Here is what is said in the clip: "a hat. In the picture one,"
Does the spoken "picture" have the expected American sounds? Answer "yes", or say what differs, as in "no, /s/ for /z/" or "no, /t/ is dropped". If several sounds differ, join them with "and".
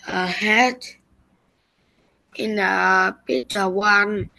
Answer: no, /k/ is dropped